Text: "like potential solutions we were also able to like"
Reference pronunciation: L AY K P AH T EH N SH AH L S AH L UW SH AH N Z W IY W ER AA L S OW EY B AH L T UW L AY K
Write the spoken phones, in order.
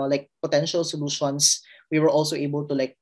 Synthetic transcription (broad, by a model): L AY K P AH T EH N SH AH L S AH L UW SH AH N S W IY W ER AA L S OW EY B AH L T UW L AY K